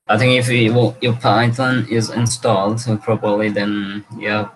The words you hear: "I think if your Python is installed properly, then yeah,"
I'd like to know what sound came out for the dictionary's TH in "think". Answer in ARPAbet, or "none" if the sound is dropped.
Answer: TH